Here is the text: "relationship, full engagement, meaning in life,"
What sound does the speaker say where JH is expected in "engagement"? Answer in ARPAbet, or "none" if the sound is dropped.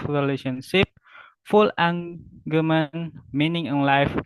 none